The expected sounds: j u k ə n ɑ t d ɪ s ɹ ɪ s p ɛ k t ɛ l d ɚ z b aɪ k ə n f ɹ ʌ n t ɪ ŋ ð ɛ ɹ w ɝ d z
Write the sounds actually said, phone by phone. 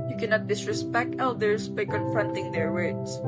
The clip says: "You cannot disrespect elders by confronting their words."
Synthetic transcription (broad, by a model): j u k ə n ɑ t d ɪ s ɹ ɪ s p ɛ k t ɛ l d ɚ s b aɪ k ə n f ɹ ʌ n t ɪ ŋ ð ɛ ɹ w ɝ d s